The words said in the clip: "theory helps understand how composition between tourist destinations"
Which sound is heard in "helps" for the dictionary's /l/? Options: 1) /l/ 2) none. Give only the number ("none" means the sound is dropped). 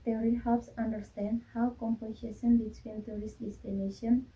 2